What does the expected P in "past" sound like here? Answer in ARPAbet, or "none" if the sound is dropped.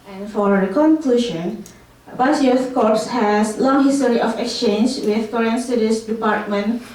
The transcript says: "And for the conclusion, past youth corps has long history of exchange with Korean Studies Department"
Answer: B